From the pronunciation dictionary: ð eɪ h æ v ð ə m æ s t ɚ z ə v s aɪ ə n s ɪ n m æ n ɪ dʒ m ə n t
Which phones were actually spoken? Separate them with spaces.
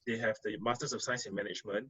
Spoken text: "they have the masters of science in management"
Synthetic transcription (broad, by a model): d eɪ h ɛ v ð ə m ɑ s t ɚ s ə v s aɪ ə s ɪ n m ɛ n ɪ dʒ m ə n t